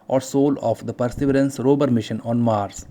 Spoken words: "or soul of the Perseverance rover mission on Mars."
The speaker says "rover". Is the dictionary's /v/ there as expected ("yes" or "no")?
no